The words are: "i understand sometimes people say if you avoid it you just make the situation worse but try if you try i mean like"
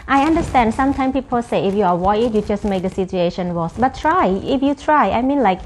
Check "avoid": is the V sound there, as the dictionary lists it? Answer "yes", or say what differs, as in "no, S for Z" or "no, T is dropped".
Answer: no, W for V